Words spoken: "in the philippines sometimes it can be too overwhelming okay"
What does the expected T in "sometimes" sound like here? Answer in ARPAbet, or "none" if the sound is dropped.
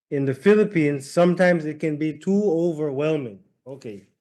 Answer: T